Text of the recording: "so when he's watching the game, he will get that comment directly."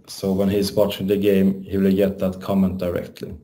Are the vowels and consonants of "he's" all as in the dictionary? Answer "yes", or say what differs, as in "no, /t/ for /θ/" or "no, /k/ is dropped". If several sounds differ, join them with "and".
no, /s/ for /z/